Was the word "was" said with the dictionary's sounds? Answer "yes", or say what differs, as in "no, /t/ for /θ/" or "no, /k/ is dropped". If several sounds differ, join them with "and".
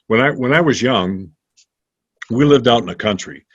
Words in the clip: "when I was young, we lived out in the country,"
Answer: yes